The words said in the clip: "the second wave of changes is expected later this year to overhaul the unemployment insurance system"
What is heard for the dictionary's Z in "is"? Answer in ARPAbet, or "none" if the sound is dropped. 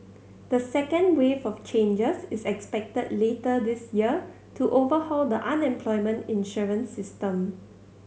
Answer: S